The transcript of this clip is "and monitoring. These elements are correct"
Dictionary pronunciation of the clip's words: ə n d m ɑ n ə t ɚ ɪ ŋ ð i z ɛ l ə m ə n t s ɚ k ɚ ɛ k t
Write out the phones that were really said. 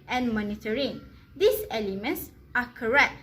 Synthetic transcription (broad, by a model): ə n m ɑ n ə t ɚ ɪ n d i s ɛ l ə m ə n t s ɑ k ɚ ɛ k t